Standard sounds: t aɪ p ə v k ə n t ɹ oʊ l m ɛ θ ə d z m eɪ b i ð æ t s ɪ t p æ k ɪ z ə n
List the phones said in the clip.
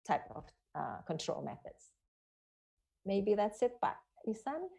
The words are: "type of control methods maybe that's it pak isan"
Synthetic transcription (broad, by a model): t aɪ p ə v k ə n t ɹ oʊ l m ɛ θ ə d z m eɪ b i ð æ t s ɪ t b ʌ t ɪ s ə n